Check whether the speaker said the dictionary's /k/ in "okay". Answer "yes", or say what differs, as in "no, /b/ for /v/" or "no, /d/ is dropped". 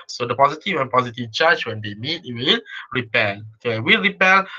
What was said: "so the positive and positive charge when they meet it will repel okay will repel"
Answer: no, /k/ is dropped